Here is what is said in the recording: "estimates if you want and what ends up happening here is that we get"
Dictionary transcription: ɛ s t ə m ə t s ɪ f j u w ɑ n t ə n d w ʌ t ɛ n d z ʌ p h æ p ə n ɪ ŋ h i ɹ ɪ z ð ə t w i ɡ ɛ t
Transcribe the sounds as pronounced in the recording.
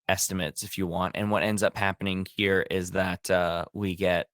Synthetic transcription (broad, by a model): ɛ s t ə m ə t s ɪ f j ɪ w ɑ n t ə n w ʌ t ɛ n d z ʌ p h æ p ə n ɪ ŋ h i ɹ ɪ z ð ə t w i ɡ ɛ t